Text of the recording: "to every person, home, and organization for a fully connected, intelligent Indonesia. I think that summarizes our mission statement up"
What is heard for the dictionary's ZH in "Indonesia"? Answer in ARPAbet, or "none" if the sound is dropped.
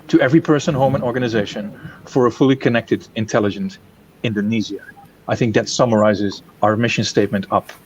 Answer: Z